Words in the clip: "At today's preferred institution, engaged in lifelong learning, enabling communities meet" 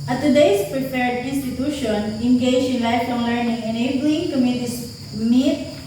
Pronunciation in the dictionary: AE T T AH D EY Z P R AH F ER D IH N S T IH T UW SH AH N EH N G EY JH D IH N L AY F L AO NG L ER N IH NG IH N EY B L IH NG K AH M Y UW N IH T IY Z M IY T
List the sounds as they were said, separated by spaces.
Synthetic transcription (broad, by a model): T T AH D EY S P R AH P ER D IH N S T IH T UW SH AH N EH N G EY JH IH N L AY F AO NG L ER N IH NG IH N EY B L IH NG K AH M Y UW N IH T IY S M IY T